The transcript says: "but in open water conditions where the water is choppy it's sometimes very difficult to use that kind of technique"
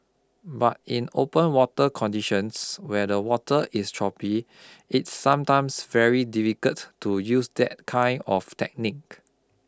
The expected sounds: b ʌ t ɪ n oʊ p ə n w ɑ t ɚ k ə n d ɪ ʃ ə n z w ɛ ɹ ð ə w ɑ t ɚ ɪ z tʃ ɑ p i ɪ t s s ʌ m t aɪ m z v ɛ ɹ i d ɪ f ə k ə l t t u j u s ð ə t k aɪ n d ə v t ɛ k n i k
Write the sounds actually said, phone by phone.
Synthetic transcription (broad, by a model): b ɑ t ɪ n oʊ p ə n w ɑ t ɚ k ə n d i ʃ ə n s w ɛ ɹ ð ə w ɑ t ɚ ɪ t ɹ ɑ p i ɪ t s s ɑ m t aɪ m s v ɛ ɹ i d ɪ f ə k ə t t u j u s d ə t k aɪ n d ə f t ɛ k n i k